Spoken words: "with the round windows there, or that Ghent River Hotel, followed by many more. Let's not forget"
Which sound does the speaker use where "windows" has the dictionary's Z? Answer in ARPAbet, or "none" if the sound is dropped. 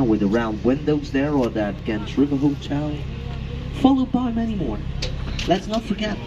Z